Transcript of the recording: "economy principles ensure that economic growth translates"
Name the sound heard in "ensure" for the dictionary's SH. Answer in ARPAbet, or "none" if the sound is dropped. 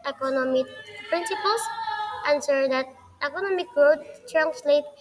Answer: S